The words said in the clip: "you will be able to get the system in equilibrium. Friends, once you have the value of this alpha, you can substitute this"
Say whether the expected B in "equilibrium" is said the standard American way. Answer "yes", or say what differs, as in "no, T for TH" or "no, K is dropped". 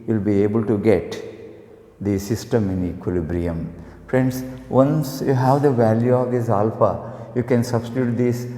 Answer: yes